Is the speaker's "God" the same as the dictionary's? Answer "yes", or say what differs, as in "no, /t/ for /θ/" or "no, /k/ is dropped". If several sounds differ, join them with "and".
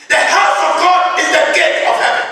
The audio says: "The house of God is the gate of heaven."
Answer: yes